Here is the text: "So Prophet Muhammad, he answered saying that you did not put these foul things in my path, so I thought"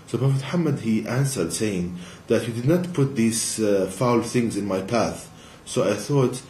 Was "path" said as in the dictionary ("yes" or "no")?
yes